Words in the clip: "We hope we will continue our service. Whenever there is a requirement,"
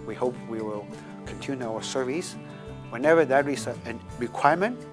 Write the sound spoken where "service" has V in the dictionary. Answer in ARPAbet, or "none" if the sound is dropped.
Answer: V